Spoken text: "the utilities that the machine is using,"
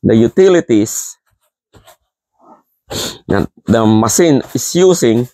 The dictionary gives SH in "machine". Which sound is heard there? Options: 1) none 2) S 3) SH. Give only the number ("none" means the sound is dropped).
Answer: 2